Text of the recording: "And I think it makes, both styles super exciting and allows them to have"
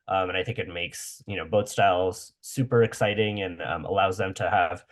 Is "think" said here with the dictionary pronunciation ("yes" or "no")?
yes